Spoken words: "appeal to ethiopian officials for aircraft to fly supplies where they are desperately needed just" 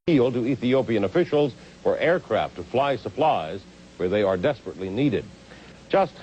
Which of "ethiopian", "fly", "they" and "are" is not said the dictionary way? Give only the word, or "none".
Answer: none